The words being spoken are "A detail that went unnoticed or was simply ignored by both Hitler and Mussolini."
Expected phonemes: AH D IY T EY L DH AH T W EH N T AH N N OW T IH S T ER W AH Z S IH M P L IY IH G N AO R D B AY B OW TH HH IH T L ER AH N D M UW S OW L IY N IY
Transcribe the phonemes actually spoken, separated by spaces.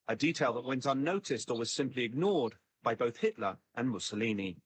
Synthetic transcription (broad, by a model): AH D IY T EY L DH AH T W EH N T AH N N OW T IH S T ER W AH Z S IH M P L IY IH G N AO R D B AY B OW TH HH IH T L ER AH N M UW S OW L IY N IY